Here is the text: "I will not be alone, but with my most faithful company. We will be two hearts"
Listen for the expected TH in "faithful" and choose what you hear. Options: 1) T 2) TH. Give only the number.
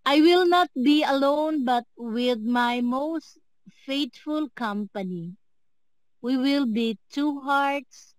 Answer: 1